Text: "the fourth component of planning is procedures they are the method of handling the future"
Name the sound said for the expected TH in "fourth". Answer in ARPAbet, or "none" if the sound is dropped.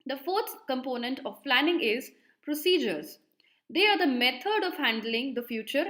T